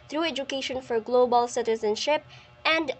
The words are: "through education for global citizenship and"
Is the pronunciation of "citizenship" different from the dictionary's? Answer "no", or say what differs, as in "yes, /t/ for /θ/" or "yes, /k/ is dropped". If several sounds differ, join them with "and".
no